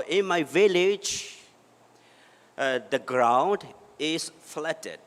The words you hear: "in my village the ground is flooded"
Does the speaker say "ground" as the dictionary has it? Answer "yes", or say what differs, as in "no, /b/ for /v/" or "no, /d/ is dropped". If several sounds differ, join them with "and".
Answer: yes